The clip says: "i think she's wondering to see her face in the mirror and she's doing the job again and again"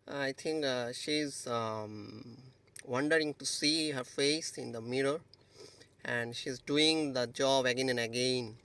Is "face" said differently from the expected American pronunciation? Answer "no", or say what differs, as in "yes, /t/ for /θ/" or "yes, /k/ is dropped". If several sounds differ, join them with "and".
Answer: no